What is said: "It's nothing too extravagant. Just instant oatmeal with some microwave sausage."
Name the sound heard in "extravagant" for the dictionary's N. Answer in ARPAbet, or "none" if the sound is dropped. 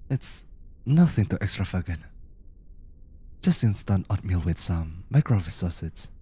none